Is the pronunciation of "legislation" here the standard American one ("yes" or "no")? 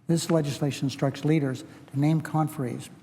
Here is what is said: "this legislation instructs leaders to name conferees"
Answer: no